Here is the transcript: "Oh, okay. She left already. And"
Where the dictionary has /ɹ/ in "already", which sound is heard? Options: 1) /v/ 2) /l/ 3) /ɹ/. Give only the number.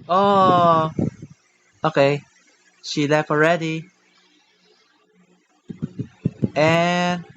3